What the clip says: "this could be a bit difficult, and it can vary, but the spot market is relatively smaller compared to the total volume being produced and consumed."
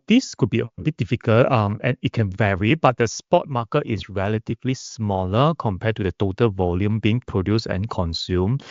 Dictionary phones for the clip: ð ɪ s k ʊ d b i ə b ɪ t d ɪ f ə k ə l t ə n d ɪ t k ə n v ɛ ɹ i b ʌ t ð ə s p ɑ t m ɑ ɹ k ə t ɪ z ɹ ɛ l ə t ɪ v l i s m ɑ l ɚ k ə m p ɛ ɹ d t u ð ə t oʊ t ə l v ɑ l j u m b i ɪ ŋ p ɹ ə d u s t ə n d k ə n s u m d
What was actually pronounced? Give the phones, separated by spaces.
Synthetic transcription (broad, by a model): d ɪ s k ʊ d b i ə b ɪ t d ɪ f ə k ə l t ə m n ɪ t k ə n v ɛ ɹ i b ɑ t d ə s p ɑ t m ɑ k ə t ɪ s ɹ ɛ l ə t ɪ v l i s m ɑ l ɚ k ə m p ɛ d t u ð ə t oʊ t ə l v ɑ l j u m b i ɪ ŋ p ɹ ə d u s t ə n k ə n s u m